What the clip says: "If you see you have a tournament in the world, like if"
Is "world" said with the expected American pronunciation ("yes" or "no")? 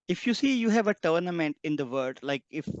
no